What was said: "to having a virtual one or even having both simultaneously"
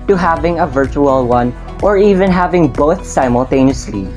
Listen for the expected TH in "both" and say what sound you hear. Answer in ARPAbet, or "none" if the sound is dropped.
TH